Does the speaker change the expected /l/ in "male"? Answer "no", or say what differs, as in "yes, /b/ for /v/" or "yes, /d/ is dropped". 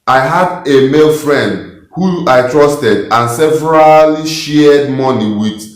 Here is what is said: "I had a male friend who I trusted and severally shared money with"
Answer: no